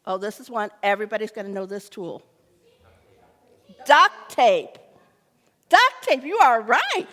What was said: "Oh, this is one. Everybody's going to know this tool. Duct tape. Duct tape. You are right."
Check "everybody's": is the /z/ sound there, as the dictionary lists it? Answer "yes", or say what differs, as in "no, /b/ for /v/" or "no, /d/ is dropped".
yes